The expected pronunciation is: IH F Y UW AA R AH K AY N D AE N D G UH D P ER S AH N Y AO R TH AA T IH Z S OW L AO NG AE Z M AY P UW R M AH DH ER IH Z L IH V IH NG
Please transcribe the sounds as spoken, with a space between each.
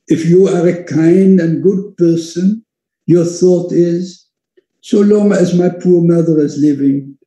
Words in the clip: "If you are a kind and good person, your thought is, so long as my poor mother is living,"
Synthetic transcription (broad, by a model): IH F Y UW AA R AH K AY N D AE N G UH D P ER S AH N Y AO R TH AA T IH Z S OW L AO NG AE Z M AY P UW R M AH DH ER IH Z L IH V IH NG